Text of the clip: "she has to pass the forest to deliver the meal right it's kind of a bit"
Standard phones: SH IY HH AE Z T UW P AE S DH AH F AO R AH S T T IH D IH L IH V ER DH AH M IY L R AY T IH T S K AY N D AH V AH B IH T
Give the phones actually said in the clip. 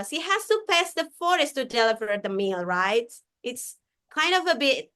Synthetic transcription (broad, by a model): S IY HH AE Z T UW P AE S DH AH F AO R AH S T T IH D IH L IH V ER DH AH M IY L R AY T IH T S K AY N D AH V AH B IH T